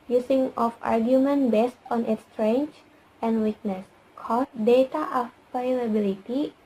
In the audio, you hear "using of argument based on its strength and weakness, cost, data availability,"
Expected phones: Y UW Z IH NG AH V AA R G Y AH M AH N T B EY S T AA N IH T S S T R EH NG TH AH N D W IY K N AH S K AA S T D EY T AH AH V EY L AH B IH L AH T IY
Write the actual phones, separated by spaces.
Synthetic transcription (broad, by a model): Y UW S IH NG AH F AA R G Y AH M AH N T B EY S T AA N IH T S S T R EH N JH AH N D W IY K N AH S K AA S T D EY T AH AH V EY L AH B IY L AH T IY